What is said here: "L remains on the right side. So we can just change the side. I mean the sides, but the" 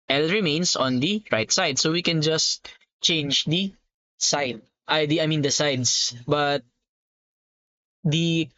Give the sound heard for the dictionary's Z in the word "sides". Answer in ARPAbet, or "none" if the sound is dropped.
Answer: S